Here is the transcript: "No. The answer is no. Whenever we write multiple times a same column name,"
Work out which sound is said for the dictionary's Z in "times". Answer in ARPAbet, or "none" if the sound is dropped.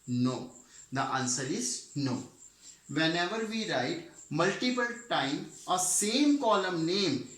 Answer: none